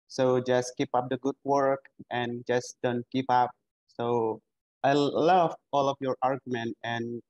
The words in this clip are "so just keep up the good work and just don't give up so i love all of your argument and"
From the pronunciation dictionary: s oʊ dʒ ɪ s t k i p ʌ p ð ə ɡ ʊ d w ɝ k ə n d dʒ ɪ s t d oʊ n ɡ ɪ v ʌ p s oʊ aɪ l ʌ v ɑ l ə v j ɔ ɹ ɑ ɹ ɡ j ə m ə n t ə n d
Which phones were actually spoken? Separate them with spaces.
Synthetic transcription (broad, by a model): s oʊ dʒ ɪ s k i p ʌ p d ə ɡ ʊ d w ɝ k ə n dʒ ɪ s d oʊ n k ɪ p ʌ p s oʊ aɪ l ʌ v ɑ l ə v j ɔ ɹ ɑ ɹ ɡ j ə m ə n t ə n